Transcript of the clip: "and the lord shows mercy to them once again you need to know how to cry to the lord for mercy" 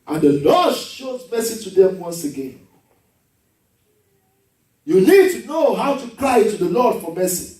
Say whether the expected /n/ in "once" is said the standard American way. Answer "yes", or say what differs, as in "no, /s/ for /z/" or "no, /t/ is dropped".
yes